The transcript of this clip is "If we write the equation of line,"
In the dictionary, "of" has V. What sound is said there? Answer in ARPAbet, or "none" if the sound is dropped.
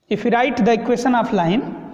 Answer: P